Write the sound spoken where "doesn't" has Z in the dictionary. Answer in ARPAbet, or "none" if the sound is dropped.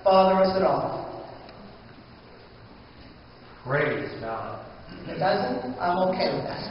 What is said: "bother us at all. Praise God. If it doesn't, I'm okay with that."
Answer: Z